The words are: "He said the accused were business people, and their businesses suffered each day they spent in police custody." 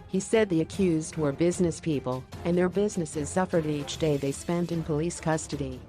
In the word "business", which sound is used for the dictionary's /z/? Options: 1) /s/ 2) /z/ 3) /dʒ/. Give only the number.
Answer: 2